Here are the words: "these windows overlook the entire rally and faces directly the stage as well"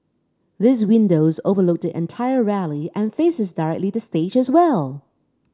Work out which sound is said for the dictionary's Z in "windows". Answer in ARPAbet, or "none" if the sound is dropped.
Z